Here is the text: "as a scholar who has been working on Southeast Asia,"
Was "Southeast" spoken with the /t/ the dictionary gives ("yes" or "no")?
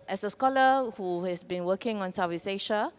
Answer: no